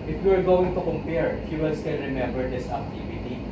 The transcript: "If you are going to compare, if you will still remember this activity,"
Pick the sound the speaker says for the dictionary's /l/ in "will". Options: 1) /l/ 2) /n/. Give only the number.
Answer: 2